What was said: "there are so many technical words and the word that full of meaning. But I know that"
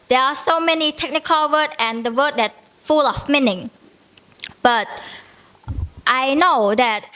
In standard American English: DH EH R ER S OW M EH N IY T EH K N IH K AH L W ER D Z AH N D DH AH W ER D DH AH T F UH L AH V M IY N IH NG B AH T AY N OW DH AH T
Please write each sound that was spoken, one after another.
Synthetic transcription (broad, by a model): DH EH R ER S OW M EH N IY T EH K N IH K AH L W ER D AH N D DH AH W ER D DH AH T F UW L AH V M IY N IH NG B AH T AY N OW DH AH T